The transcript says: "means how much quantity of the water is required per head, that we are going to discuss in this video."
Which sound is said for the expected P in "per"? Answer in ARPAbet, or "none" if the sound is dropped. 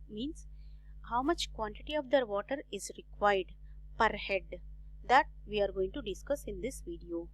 P